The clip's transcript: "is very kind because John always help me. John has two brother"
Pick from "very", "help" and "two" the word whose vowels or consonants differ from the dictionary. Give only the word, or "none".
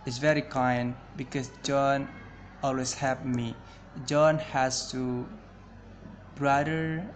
help